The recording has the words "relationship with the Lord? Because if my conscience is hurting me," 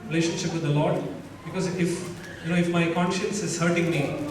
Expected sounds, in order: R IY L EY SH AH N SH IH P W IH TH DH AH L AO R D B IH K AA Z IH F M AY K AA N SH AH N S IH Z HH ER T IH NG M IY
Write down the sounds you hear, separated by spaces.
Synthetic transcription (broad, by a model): R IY L EY SH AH N SH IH P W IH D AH L AO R D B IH K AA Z IH F M AY K AA N SH AH N S IH Z HH ER T IH NG M IY